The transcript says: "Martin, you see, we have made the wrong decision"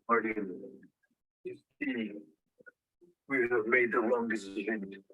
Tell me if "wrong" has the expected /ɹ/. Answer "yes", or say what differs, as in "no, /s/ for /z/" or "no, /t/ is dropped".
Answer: no, /l/ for /ɹ/